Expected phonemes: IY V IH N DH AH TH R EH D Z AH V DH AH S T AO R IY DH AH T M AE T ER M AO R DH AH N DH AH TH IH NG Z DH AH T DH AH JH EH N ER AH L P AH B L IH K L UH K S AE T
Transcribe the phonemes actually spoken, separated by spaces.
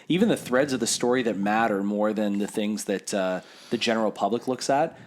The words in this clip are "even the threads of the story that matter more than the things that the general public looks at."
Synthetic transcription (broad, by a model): IY V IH N DH AH TH R EH D Z AH V DH AH S T AO R IY DH AH T M AE T ER M AO R DH AH N DH AH TH IH NG Z DH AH T DH AH JH EH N ER L P AH B L IH K L UH K S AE T